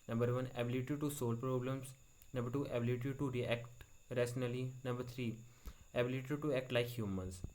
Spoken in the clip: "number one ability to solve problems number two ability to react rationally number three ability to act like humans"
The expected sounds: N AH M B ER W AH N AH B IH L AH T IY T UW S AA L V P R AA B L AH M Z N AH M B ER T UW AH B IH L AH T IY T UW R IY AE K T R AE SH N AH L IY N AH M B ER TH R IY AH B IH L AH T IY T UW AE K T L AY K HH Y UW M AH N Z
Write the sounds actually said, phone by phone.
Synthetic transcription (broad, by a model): N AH M B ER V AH N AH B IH L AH T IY T UW S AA L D P R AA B L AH M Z N AH M B ER T UW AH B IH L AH T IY T UW R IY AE K T R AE S N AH L IY N AH M B ER T R IY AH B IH L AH T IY T UW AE K T L AY K HH Y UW M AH N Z